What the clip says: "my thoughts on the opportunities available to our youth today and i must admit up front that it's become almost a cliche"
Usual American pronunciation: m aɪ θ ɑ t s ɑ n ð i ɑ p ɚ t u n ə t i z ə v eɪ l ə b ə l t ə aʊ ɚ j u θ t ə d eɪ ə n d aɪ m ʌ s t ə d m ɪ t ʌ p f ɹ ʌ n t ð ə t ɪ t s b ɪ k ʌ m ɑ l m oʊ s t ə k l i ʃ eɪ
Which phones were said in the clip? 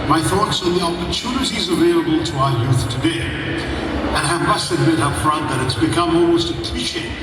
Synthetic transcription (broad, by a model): m aɪ θ ɑ t s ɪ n ð i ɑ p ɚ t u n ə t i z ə v eɪ l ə b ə l t ə aʊ ɚ j u θ t ə d eɪ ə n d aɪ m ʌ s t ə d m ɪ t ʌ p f ɹ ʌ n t ð ə t ɪ t s b ɪ k ʌ m ɑ l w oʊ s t ə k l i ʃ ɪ